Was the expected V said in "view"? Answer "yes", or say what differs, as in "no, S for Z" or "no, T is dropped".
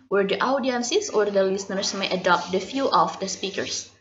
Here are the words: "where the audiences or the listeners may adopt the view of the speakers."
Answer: no, F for V